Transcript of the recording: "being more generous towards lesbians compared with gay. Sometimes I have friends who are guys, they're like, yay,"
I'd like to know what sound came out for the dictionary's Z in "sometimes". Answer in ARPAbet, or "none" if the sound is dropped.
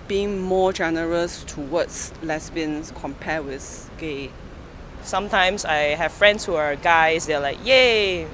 S